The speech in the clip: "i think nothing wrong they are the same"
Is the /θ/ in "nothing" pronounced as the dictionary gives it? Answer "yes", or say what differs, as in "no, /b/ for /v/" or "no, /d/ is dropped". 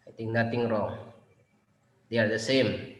no, /t/ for /θ/